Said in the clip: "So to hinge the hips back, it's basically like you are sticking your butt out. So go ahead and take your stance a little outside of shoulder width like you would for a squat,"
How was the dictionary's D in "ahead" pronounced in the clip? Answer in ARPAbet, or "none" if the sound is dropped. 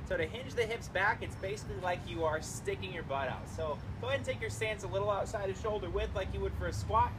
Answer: none